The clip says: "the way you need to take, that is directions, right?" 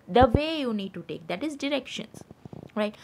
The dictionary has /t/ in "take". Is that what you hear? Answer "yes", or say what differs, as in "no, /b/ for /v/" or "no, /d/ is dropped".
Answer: yes